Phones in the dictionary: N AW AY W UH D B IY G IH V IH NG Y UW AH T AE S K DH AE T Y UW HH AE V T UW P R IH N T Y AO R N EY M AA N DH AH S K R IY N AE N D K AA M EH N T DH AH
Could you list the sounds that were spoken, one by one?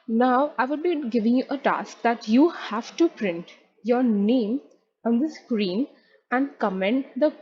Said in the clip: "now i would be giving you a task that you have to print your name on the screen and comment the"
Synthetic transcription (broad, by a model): N AW AY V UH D B IY G IH V IH NG Y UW AH T AE S K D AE T Y UW HH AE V T UW P R IH N T Y AO R N EY M AA N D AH S K R IY N AE N D K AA M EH N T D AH